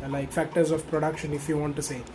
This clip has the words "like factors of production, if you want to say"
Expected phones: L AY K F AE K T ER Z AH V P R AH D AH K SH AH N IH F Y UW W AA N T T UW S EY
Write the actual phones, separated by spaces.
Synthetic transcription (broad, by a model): L AY K F AE K T ER Z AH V P R AH D AH K SH AH N IH F Y UW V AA N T T UW S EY